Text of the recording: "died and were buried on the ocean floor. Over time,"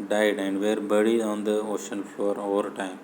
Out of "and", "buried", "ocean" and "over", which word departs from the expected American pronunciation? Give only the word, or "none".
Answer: buried